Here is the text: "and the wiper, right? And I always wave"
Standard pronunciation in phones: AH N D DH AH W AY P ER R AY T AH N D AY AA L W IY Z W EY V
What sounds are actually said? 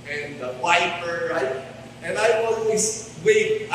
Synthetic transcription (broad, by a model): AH N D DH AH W AY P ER R AY T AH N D AY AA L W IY S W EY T